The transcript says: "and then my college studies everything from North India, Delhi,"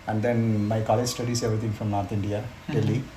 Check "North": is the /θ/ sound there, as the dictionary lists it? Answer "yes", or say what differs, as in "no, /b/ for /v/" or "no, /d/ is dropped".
no, /t/ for /θ/